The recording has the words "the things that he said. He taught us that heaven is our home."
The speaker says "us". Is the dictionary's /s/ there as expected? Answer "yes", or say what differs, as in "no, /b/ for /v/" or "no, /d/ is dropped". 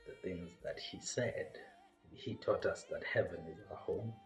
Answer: yes